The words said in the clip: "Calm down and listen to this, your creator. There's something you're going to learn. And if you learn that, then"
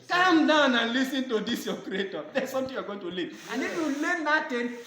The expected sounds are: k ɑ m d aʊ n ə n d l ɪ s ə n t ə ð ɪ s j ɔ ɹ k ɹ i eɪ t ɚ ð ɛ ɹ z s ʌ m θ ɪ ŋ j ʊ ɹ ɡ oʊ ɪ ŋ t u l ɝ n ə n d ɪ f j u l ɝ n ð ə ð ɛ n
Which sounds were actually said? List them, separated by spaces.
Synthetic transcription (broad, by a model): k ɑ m d aʊ n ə n l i s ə n t ə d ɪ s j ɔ k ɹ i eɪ t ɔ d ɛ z s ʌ m t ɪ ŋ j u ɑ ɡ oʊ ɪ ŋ t u l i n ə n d ɪ f j u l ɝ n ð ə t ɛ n